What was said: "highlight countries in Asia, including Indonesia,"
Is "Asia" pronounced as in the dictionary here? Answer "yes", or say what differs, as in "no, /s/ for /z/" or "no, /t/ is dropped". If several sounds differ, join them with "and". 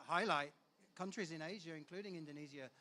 yes